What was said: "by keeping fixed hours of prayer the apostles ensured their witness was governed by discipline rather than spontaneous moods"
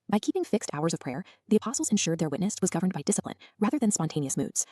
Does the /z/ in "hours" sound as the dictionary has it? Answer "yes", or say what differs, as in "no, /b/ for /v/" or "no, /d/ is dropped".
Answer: yes